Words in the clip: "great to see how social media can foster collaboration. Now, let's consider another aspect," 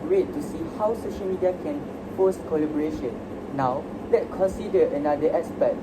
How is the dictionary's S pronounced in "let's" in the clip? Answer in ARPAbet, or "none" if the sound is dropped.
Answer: none